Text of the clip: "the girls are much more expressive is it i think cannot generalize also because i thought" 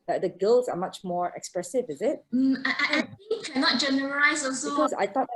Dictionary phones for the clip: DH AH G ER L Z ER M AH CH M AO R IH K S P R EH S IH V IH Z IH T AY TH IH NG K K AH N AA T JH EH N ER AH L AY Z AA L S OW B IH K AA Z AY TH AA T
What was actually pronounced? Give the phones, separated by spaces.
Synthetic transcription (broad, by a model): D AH G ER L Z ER M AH CH M AO R IH K S P R EH S IH V IH Z IH T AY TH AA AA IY K AH N AA T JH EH N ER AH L AY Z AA S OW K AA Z AY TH AA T